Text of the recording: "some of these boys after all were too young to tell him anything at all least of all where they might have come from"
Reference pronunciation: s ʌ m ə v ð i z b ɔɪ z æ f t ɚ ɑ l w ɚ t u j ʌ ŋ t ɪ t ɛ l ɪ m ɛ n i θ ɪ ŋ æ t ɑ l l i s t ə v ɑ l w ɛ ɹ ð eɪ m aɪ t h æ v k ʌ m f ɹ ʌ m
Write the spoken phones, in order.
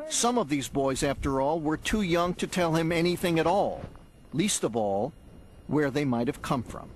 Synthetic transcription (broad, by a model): s ʌ m ə v ð i z b ɔɪ z æ f t ɚ ɑ l w ɚ t u j ʌ ŋ t ɪ t ɛ l ɪ m ɛ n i θ ɪ ŋ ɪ t ɑ l l i s t ə v ɑ l w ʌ ɹ ð eɪ m aɪ t h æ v k ʌ m f ɹ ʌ m